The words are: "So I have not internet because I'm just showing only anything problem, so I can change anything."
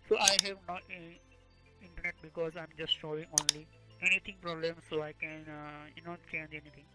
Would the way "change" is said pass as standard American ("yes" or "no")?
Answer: yes